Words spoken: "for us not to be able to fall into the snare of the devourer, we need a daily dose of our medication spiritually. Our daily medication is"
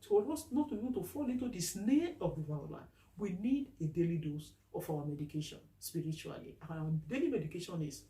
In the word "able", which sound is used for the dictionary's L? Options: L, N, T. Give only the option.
N